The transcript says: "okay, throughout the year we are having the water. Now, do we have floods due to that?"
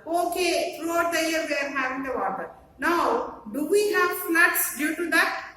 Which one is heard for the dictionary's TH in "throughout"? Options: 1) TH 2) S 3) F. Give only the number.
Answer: 3